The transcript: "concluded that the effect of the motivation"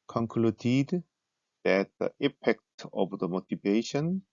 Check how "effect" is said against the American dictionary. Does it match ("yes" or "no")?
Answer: no